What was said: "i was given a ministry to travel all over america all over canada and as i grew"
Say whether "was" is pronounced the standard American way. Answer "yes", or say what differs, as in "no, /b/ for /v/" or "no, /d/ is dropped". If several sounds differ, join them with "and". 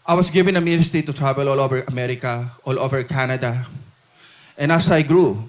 no, /s/ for /z/